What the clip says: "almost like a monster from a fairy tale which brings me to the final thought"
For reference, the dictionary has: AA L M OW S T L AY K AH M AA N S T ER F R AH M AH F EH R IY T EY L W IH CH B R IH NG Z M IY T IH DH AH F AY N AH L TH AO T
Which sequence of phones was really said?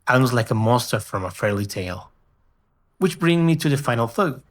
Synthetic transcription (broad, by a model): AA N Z L AY K AH M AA S T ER F R AH M AH F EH R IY T EY L W IH CH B R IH NG M IY T IH DH AH F AY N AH L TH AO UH